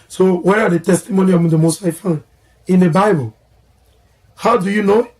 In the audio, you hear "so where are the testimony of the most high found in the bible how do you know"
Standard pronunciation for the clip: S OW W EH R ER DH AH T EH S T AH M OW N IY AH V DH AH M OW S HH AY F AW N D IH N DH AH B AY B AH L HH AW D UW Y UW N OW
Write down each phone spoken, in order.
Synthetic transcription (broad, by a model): S OW W EH R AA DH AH T EH S T AH M OW N IY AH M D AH M OW S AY F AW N IH N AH B AY B AH L HH AW D UW Y UW N OW